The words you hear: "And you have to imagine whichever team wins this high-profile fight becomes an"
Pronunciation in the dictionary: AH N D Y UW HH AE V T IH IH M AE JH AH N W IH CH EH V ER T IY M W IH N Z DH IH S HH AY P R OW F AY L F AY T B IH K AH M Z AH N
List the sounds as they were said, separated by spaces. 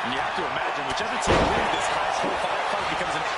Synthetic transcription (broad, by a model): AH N Y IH HH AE F T IH IH M AE JH AH N W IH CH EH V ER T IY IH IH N DH IH S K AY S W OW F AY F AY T B IH K AH M Z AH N